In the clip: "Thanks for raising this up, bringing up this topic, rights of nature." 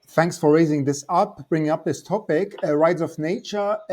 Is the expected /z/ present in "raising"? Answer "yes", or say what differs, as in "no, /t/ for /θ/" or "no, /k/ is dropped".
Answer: yes